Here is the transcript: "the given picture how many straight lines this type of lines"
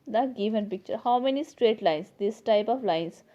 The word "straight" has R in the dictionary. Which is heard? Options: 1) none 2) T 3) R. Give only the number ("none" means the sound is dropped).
3